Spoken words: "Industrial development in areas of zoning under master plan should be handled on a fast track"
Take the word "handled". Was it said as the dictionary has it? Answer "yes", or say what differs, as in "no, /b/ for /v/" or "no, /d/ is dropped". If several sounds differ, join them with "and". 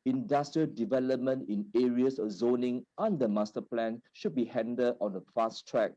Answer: no, /l/ is dropped